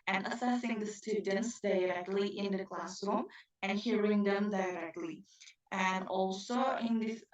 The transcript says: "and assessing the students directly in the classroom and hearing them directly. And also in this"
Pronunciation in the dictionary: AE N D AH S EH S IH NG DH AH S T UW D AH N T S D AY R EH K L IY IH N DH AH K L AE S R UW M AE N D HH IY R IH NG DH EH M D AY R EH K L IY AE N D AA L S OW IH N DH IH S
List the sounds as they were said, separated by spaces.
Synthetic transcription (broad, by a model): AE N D AH S EH S IH NG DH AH S T UW D AH N T S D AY R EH K L IY IH N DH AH K L AE S R UW M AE N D HH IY R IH NG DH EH M D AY R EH K L IY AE N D AA L S OW IH N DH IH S